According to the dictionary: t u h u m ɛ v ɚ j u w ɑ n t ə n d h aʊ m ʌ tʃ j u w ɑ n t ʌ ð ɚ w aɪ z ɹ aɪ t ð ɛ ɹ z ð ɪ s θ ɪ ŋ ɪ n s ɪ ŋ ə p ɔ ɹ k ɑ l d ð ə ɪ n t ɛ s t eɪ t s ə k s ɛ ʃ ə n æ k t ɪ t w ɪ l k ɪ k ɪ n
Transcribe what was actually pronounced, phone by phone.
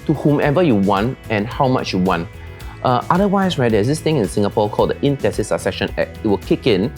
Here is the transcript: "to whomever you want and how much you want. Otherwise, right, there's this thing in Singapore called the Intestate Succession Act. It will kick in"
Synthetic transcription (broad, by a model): t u h u m ɛ v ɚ j u w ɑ n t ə n h aʊ m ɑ tʃ j u w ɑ n t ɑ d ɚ w aɪ s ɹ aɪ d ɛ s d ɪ s t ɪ ŋ ɪ n s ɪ ŋ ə p ɔ k ɑ l d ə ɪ n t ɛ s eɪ s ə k s ɛ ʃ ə n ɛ t ɪ t w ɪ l k ɪ k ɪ n